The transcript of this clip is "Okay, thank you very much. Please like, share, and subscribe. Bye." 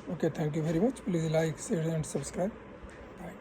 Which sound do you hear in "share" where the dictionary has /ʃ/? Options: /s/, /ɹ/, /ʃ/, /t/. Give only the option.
/s/